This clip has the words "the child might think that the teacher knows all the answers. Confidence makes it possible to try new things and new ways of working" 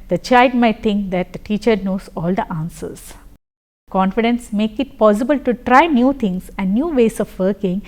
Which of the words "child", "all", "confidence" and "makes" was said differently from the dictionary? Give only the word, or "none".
makes